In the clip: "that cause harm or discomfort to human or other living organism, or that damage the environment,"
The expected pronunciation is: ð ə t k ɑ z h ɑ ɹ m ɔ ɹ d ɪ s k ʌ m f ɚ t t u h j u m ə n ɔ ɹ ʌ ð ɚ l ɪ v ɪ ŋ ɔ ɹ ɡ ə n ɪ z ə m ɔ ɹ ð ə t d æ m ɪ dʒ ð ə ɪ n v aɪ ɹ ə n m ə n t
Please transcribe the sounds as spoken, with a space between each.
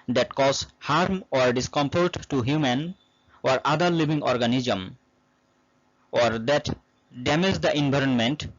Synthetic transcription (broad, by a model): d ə t k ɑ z h ɑ ɹ m ɔ ɹ d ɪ s k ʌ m p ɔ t t u h j u m ə n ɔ ɹ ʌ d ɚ l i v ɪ ŋ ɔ ɹ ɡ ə n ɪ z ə m ɔ ɹ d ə t d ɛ m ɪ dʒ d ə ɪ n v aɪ ɹ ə n m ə n t